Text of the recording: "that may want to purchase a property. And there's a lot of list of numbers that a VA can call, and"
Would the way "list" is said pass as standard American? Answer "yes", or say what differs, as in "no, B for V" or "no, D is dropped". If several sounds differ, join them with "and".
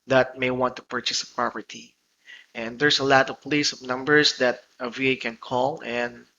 no, T is dropped